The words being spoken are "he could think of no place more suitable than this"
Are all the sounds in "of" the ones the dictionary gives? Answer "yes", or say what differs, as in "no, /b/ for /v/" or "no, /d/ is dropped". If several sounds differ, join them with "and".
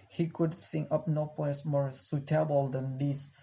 no, /p/ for /v/